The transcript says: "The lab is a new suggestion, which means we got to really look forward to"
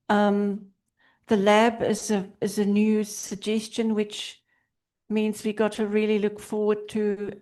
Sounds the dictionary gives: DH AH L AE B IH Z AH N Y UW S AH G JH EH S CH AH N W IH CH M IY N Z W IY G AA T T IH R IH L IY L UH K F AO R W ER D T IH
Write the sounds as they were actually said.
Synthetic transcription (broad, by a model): DH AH L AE B IH Z AH N Y UW S AH G JH EH S CH AH N W IH CH M IY N Z W IY G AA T T IH R IH L IY L UH K F AO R W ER D T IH